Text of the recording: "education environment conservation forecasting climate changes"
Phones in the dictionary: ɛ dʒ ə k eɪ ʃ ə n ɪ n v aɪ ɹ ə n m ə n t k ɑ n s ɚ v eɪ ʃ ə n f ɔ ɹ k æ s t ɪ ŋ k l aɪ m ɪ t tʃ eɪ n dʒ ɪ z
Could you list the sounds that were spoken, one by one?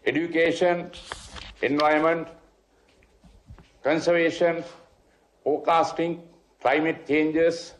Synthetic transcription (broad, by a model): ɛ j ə k eɪ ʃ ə n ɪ n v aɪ ə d m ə n t k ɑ n s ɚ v eɪ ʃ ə n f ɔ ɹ k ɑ s t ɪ ŋ k l aɪ m ɪ t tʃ eɪ n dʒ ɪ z